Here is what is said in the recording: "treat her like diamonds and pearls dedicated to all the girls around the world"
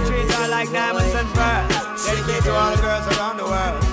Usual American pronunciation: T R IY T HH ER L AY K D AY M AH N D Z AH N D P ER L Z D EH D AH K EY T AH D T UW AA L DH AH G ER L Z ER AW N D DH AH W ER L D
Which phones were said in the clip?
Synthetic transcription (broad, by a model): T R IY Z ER L AY K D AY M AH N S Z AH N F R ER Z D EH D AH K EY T T UW AA L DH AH G ER L Z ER AW N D DH AH W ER L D